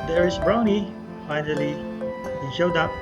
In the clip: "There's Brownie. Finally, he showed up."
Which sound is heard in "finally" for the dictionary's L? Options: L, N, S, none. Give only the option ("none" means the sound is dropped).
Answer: L